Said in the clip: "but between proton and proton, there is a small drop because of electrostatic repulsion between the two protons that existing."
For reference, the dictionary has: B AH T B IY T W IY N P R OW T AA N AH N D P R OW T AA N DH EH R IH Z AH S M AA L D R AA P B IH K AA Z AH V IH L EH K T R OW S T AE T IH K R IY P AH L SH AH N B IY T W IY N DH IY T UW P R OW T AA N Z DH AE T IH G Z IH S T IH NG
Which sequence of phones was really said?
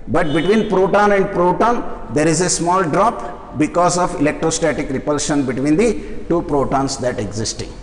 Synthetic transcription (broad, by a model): B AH T B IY T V IY N P R OW T AA N AH N D P R OW T AA N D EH R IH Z AH S M AA L D R AA P B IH K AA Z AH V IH L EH K T R OW S T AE T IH K R IY P AH L SH AH N B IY T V IY N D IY T UW P R OW T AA N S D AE T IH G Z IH S T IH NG